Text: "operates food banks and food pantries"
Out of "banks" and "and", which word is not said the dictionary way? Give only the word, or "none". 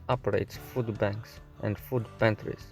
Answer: none